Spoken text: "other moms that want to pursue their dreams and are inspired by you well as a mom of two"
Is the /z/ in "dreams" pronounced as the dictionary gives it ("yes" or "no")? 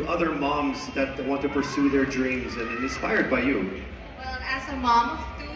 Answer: yes